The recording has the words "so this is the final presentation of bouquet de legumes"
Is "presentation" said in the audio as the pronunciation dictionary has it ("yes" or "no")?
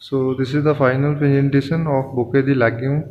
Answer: no